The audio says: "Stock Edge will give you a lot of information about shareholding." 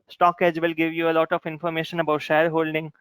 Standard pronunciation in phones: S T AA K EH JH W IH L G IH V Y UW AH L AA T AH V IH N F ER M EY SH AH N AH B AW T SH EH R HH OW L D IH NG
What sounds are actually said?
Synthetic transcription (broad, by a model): S T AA K EH JH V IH L G IH V Y UW AH L AA T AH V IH N F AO M EY SH AH N AH B AW T SH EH R HH OW L D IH NG